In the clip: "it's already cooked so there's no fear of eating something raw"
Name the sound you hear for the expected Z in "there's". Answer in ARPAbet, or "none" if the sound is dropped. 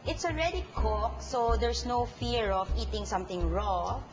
S